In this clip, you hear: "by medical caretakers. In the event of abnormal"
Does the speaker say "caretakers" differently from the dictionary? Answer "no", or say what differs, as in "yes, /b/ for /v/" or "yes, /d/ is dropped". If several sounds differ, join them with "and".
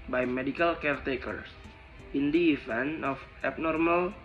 yes, /s/ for /z/